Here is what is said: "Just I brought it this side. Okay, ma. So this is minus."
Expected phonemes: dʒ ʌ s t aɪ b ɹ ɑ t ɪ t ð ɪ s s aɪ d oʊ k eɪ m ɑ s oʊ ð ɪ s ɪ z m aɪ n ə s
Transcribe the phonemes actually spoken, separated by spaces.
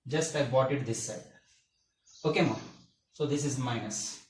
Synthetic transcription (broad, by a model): dʒ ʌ s t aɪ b ɑ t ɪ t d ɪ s s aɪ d oʊ k eɪ m ɑ s oʊ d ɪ s ɪ z m aɪ n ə s